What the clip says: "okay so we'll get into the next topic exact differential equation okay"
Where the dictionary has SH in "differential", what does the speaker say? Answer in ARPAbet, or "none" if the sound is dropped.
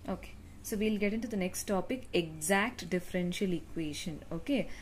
SH